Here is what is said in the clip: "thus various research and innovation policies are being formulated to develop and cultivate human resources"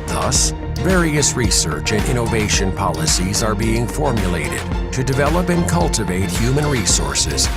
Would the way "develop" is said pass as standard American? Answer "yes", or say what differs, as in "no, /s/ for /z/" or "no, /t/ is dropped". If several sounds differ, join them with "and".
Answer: yes